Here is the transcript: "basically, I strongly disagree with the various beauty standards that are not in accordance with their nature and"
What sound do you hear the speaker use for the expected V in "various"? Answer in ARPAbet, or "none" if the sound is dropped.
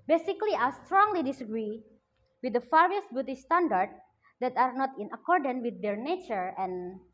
F